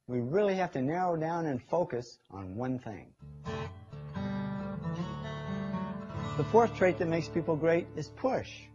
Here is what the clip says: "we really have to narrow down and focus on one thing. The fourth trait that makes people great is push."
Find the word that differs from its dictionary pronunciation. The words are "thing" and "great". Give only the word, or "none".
none